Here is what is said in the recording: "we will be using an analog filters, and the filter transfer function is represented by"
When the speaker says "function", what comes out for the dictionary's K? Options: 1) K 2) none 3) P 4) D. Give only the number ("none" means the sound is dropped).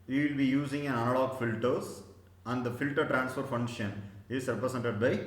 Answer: 2